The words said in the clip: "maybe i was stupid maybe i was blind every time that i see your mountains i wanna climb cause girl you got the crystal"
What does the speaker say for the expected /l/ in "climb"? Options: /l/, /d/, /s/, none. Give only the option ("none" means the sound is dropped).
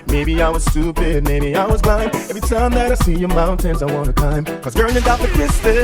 none